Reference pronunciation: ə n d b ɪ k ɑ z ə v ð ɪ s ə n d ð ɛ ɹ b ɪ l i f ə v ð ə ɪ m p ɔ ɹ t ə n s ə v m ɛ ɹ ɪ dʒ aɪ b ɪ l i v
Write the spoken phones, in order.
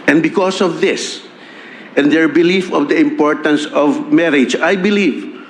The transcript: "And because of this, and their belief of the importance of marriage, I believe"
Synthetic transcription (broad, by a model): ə n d b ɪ k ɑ s ə v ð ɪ s ə n d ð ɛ ɹ b ɪ l i f ə v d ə ɪ m p ɔ ɹ t ə n s ə v m ɛ ɹ ɪ dʒ aɪ b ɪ l i v